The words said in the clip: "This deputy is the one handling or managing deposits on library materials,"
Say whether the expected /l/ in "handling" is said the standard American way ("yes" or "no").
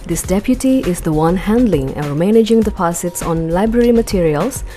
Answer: yes